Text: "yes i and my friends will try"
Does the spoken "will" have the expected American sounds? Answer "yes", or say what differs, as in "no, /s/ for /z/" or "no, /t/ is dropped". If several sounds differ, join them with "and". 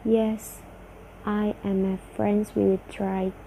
no, /w/ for /l/